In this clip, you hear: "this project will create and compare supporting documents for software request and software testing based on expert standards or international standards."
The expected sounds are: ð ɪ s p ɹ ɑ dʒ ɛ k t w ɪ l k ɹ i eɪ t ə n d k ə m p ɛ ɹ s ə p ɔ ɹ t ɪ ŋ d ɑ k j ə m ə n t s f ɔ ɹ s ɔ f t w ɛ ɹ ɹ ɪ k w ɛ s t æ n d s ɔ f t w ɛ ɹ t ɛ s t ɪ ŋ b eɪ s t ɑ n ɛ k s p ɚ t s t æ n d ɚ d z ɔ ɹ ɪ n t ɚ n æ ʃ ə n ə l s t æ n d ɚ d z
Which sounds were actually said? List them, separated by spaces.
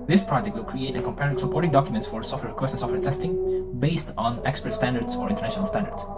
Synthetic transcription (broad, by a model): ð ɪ s p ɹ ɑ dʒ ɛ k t w ɪ l k ɹ i eɪ t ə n k ə m p ɛ ɹ s ə p ɔ ɹ t ɪ ŋ d ɑ k j ə m ə n t s f ɔ ɹ s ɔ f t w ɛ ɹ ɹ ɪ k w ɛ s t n s ɔ f t w ɛ ɹ t ɛ s t ɪ ŋ b eɪ s t n ɛ k s p ɚ t s t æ n d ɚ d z ɔ ɹ ɪ n t ɚ n æ ʃ ə n ə l s t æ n d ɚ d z